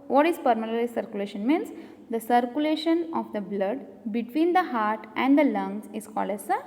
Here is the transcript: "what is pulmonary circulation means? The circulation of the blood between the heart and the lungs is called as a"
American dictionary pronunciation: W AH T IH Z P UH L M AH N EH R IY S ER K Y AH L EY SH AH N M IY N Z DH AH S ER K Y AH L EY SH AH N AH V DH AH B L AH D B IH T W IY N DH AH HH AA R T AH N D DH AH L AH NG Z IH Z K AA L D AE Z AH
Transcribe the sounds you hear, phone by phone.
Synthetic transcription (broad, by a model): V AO T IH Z P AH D M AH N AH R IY S ER K Y AH L EY SH AH N M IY N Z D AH S ER K Y AH L EY SH AH N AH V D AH B L AH D B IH T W IY N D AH HH AA R T AH N D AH L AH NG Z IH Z K AA L D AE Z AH